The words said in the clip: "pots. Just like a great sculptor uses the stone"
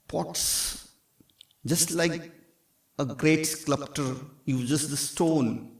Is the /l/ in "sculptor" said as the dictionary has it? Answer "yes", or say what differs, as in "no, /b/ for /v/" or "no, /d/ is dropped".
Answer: no, /l/ is dropped